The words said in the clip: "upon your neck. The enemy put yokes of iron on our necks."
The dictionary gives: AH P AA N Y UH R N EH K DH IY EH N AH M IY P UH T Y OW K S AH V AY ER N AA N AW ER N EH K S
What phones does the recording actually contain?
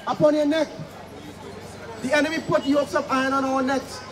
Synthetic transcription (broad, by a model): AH P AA N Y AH N EH K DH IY EH N AH M IY P UH T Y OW S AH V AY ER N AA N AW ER N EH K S